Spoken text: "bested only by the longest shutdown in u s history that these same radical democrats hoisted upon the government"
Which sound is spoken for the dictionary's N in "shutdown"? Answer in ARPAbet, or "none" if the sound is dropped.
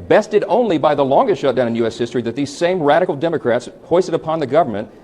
none